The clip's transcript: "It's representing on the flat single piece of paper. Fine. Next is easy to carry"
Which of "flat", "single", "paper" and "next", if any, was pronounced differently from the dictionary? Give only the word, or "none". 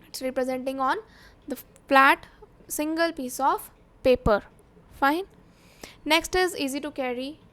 none